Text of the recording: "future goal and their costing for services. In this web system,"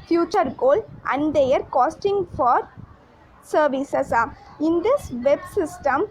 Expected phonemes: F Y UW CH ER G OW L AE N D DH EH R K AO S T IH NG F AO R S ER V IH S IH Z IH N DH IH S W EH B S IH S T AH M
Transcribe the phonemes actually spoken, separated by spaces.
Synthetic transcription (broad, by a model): F Y UW CH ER G OW L AE N D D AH R K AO S T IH NG F AO R S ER V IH S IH S IH N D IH S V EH B S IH S T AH M